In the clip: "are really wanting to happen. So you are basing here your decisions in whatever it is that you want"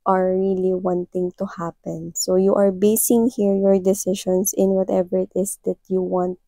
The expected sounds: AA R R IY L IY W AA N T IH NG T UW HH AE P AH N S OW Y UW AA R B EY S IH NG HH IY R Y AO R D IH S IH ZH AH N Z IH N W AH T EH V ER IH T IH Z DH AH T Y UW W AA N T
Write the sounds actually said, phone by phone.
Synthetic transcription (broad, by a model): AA R R IY L IY W AA N T IH NG T UW HH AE P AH N S OW Y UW AA R B EY S IH NG HH IY R Y AO R D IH S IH SH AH N S IH N W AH T EH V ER IH T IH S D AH T Y UW W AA N T